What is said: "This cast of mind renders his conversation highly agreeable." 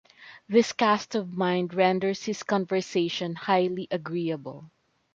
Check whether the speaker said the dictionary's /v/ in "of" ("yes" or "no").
yes